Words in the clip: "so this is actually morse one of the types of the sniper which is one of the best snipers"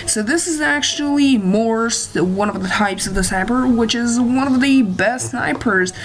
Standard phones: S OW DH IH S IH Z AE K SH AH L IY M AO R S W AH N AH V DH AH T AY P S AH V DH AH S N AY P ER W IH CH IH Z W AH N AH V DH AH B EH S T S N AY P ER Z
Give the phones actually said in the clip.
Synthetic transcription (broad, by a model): S OW DH IH S IH Z AE K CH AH L IY M AO R S W AH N AH V DH AH T AY P S AH V DH AH S AY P ER W IH CH IH Z W AH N AH V DH AH B EH S T S N AY P ER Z